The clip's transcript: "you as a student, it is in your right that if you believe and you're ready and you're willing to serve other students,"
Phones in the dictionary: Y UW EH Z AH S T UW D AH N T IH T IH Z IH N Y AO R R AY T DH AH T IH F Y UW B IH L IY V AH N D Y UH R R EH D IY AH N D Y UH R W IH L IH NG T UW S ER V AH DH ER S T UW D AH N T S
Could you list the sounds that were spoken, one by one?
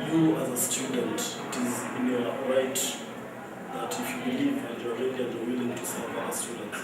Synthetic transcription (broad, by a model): Y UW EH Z AH S T UW D AH N T IH T IH Z IH N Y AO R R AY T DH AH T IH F Y UW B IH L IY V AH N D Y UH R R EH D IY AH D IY W IH L IH NG T UW S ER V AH ER S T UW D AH N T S